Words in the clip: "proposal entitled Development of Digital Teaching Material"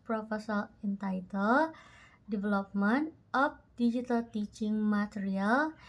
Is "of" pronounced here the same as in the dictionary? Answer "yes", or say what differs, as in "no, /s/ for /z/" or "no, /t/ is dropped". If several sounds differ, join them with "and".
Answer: no, /p/ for /v/